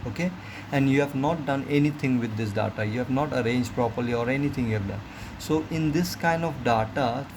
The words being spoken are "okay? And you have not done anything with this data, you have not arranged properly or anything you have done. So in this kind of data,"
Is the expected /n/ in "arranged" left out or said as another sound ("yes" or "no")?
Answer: no